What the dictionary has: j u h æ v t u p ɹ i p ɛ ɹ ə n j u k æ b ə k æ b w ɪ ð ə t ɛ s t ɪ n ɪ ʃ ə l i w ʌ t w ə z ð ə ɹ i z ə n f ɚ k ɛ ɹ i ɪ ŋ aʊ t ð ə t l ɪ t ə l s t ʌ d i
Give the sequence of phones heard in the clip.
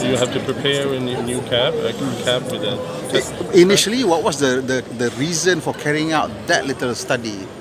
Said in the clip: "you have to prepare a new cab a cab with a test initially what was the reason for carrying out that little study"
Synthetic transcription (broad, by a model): j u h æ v t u p ɹ i p ɛ ɹ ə n j u k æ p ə k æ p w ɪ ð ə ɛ t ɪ n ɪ ʃ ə l i w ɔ t w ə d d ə ɹ i z ə n f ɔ k ɛ ɹ i ɪ ŋ aʊ t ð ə t l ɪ t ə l s t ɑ d i